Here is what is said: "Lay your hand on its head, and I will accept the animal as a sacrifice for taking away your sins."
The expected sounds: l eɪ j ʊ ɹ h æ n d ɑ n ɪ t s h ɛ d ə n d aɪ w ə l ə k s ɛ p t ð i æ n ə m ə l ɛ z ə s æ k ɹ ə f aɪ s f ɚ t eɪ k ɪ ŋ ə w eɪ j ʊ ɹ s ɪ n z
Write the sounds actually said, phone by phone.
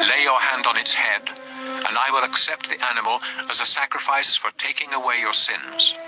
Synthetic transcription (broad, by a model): l eɪ j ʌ ɹ h æ n d n ɪ t s h ɛ d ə n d aɪ w ə l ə k s ɛ p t ð i æ n ə m ə l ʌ z ə s æ k ɹ ə f aɪ s f ɚ t eɪ k ɪ ŋ ə w eɪ j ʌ ɹ s ɪ n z